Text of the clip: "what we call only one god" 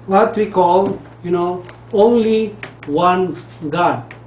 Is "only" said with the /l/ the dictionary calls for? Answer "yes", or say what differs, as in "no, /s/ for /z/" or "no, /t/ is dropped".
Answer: yes